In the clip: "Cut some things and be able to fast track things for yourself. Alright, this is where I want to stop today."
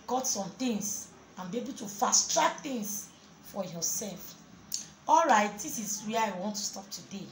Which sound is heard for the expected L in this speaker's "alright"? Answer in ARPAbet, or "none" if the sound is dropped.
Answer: L